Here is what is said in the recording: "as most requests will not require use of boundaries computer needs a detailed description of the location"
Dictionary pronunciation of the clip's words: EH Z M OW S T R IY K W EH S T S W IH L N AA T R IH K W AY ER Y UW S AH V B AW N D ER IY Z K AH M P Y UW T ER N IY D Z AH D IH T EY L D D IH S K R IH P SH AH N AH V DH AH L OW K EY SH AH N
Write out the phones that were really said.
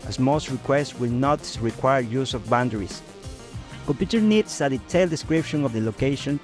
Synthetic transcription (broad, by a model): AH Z M OW S T R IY K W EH S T W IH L N AA T R IH K W AY ER Y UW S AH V B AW N D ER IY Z K AH M P Y UW T ER N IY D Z AH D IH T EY L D D IH S K R IH P SH AH N AH V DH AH L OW K EY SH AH N